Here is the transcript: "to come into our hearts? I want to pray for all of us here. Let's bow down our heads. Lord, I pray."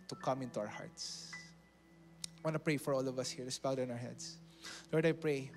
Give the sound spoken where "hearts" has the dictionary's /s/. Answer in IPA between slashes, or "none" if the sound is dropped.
/s/